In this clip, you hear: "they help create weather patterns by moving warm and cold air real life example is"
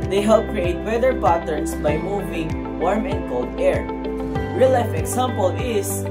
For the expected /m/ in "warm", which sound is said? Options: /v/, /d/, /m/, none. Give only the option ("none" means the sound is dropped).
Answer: /m/